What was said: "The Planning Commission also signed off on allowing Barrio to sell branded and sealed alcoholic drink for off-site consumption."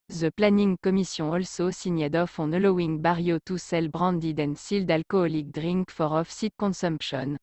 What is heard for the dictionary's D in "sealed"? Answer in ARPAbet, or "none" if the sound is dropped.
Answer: D